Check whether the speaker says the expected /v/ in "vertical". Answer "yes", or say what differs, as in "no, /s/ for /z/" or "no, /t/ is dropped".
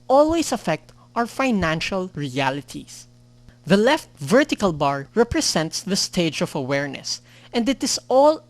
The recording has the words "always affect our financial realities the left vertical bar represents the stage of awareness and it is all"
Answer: yes